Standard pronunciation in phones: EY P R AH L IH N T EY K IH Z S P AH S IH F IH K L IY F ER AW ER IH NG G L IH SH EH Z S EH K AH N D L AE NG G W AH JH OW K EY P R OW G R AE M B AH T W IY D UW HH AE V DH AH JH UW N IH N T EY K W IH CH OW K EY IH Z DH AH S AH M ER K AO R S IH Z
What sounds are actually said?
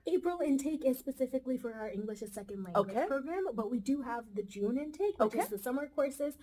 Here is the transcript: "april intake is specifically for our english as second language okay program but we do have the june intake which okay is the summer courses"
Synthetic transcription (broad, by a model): EY P R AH L IH N T EY K IH Z S P AH S IH F IH K L IY F ER AW ER IH NG G L IH SH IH S EH K AH N D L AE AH OW K EY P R OW G R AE M B AH T W IY D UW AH V DH AH JH UW N IH N T EY IH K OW UH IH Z DH AH S AH M ER K AO R S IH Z